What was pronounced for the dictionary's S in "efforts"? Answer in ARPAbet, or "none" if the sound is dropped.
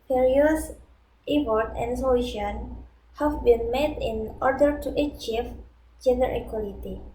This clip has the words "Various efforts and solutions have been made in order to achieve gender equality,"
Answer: none